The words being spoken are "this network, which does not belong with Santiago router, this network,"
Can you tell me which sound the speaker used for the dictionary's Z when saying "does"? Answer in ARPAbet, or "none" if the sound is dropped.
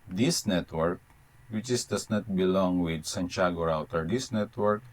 S